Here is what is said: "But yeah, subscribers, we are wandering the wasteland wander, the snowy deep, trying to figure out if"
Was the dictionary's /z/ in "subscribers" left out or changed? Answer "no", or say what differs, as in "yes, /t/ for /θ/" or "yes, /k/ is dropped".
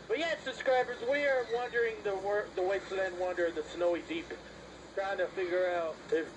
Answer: no